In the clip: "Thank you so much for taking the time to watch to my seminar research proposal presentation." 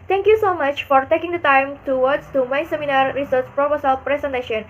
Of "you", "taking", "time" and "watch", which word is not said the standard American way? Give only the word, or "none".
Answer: watch